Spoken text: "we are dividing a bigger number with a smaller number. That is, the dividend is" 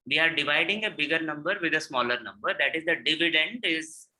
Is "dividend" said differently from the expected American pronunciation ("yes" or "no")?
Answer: no